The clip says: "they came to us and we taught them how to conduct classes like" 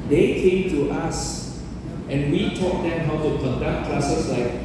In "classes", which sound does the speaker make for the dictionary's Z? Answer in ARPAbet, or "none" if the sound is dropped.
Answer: S